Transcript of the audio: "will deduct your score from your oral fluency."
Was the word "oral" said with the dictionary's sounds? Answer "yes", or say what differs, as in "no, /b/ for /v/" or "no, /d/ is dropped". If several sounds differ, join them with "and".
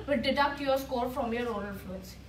no, /n/ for /l/